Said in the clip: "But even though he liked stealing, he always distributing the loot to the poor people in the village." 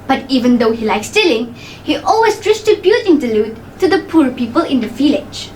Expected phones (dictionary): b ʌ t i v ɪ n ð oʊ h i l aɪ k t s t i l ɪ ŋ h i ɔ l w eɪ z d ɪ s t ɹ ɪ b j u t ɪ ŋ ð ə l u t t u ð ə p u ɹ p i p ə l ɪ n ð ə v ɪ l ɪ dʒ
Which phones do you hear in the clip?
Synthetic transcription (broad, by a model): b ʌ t i v ɪ n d oʊ h i l aɪ k s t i l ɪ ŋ h i ɔ l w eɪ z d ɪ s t ɪ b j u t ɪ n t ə l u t t u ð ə p u ɹ p i p ə l ɪ n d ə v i l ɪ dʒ